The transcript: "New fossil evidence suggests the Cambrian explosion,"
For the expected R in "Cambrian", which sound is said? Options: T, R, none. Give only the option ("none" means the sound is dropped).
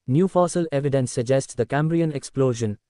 R